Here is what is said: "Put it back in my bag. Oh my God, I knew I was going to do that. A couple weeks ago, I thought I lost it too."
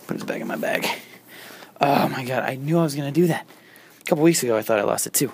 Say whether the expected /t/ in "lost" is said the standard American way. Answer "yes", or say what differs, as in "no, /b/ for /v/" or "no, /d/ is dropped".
yes